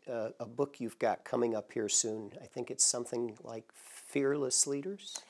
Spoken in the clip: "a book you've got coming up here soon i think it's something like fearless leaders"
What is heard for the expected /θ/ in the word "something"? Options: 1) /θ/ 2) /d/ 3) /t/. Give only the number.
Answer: 1